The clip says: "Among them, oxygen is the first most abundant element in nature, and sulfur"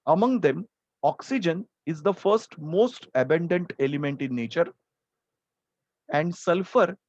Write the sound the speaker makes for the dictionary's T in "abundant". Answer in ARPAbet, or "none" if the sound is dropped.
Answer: T